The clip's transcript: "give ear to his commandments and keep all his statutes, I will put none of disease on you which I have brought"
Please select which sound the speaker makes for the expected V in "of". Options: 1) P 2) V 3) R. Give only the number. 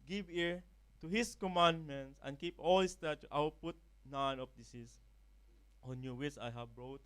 1